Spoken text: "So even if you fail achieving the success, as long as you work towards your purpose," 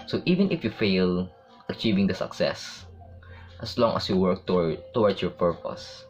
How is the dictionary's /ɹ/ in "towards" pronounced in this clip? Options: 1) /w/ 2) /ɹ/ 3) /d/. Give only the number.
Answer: 1